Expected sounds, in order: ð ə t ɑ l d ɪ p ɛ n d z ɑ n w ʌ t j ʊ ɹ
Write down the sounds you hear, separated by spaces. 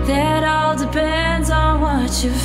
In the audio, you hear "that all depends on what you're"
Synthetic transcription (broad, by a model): ð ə t ɑ l d ɪ p ɛ n d z n w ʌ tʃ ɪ